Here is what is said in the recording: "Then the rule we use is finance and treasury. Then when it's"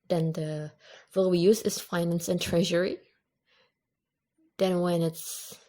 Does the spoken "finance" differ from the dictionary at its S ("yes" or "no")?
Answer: no